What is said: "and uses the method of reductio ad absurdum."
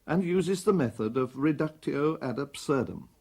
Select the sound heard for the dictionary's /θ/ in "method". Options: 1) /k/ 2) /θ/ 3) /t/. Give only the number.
2